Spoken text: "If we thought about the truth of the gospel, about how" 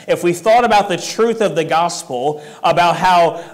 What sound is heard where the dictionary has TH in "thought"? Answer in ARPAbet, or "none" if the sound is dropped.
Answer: TH